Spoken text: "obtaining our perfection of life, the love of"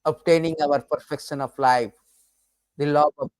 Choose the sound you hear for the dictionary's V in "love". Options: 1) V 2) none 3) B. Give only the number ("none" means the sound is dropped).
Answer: 2